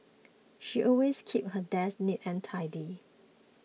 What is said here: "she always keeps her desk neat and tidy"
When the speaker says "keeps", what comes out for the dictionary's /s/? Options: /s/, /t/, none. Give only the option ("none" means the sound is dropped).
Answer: none